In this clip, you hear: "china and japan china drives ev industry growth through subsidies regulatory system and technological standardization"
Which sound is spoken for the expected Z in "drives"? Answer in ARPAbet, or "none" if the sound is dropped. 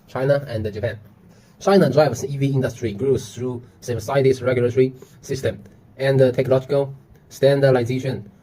S